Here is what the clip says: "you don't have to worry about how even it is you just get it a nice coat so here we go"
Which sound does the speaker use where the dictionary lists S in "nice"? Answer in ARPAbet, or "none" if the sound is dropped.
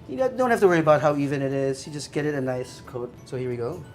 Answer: S